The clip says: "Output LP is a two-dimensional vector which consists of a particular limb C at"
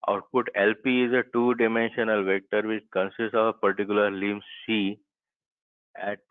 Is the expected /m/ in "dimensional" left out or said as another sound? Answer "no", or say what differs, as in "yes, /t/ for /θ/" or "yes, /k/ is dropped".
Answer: no